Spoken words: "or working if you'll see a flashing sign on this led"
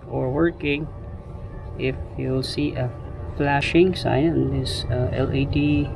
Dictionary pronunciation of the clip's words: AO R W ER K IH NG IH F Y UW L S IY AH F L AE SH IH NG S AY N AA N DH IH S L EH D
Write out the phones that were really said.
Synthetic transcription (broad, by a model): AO R W ER K IH NG IH F Y UW L S IY AH F L AE SH IH NG S AY IH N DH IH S L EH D